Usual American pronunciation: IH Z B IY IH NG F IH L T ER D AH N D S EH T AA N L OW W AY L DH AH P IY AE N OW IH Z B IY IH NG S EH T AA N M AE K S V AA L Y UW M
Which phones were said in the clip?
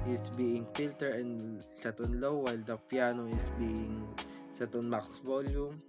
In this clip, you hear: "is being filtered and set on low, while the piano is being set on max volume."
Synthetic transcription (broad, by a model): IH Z B IY IH NG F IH L T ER AH N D S EH T AA N L OW W AY L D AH P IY N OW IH S B IY IH NG S EH T AA N M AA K S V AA L Y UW M